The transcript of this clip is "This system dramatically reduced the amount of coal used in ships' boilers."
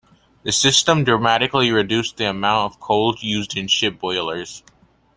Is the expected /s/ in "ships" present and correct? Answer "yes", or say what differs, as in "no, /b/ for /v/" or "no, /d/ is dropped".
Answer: no, /s/ is dropped